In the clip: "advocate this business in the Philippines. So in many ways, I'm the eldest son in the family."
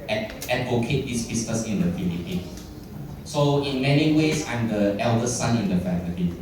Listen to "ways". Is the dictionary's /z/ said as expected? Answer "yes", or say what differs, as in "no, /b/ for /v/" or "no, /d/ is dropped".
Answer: no, /s/ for /z/